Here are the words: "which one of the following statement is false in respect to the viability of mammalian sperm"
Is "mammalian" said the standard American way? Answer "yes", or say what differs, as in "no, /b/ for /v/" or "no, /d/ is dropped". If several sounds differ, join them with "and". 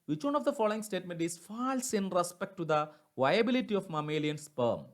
yes